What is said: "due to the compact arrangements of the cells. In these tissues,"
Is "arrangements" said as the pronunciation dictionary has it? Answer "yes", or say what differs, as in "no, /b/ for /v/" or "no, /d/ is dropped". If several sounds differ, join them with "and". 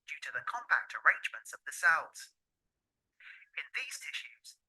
yes